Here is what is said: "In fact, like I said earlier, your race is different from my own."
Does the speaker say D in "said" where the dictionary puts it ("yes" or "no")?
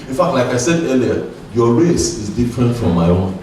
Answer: yes